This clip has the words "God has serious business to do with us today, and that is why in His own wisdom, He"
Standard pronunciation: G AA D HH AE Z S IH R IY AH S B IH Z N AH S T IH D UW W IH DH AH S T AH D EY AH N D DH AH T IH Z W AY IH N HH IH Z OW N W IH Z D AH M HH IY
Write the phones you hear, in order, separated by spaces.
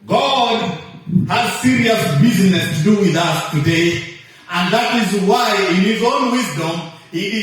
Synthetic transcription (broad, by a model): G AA D HH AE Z S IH R IY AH S B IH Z N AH S T IH D UW W IH DH AH S T AH D EY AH N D DH AH T IH Z W AY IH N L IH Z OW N W IH Z D AH M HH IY